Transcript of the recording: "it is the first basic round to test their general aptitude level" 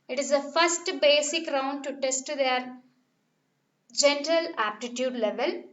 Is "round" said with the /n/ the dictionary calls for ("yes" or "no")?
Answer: yes